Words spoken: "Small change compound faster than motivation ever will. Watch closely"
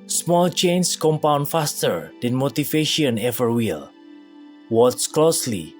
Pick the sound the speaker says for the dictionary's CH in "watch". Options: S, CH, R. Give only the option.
S